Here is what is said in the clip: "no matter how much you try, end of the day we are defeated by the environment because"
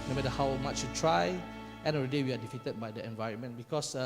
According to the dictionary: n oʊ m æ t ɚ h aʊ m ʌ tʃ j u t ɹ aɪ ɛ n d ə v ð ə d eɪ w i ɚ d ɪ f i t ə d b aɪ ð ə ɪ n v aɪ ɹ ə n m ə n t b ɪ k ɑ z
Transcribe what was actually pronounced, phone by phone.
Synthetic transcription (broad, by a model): n oʊ m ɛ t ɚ h aʊ m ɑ tʃ j u t ɹ aɪ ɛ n ə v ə d eɪ w i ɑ d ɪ f i t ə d b aɪ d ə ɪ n v aɪ ɹ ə n m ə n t b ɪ k ɑ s